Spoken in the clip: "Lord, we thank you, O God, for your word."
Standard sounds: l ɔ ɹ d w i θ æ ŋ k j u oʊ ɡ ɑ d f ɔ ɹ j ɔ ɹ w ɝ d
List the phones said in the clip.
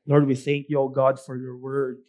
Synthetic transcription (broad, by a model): l ɔ ɹ d w i θ æ ŋ k j u oʊ ɡ ɑ d f ɔ ɹ j ɔ ɹ w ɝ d